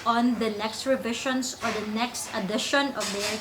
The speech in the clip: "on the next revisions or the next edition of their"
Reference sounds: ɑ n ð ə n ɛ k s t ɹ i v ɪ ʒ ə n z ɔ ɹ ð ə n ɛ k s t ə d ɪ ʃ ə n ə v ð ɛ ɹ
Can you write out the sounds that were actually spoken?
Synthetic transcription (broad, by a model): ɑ n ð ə n ɛ k s t ɹ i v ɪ ʃ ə n s ɔ ɹ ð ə n ɛ k s t ə d ɪ ʃ ə n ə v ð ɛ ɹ